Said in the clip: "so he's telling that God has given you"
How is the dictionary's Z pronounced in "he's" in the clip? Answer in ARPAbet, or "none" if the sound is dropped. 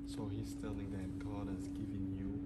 S